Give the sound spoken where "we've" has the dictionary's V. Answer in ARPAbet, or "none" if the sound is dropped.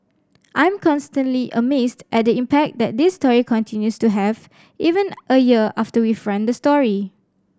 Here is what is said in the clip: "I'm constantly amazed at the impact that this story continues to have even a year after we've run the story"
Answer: F